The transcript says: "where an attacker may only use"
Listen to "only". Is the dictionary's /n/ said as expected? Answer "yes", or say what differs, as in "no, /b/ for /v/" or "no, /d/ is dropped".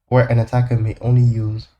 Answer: yes